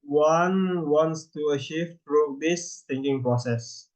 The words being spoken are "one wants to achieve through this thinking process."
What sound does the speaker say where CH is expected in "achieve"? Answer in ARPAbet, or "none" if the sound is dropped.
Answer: SH